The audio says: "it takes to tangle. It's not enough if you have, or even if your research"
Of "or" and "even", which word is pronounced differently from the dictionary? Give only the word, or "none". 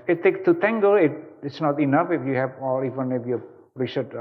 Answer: or